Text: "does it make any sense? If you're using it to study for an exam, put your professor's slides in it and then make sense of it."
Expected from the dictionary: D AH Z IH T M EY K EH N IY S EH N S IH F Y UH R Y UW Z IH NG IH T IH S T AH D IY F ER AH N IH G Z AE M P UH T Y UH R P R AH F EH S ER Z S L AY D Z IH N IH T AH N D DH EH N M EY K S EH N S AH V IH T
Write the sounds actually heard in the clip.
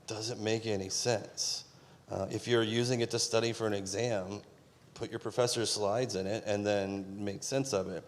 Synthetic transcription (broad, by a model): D AH Z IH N M EY K EH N IY S EH N S IH F Y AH R Y UW Z IH NG IH T IH S T AH D IY F ER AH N IH G Z AE M P UH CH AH R P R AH F EH S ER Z S L AY D Z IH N IH T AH N DH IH N M EY K S EH N S AH V IH T